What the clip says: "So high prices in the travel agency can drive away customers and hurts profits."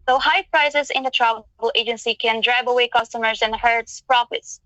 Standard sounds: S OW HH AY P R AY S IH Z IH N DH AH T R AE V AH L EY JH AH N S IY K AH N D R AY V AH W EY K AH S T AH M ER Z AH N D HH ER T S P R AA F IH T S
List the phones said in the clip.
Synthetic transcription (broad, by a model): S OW HH AY P R AY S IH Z IH N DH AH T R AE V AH L EY JH AH N S IY K AH N D R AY B AH W EY K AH S T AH M ER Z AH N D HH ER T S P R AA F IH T S